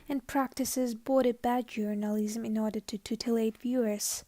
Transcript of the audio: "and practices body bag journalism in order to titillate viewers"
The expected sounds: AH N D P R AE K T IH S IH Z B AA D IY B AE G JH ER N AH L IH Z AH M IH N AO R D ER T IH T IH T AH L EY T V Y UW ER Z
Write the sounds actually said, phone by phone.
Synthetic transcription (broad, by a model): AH N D P R AE K T IH S IH Z B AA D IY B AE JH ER N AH L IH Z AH M IH N AO R D ER T IH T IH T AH L EY T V Y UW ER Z